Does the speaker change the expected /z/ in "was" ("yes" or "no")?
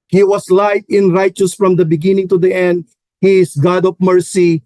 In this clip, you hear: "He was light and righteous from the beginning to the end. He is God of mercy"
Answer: yes